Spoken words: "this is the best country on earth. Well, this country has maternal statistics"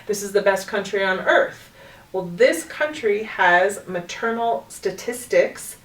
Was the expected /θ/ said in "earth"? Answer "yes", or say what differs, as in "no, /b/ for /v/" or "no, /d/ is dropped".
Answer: yes